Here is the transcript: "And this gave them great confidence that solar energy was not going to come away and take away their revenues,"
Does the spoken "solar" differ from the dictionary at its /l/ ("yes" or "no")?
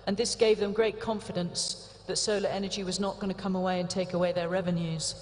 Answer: no